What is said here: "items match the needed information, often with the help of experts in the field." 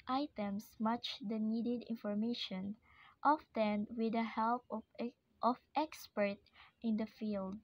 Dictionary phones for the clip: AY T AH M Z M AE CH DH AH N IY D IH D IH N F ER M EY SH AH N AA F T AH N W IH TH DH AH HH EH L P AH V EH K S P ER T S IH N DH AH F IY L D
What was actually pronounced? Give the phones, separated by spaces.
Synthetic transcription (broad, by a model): AY T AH M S M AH CH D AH N IY D IH D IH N F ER M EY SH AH N AA F T AH N W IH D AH HH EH L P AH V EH K S P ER T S IH N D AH F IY L D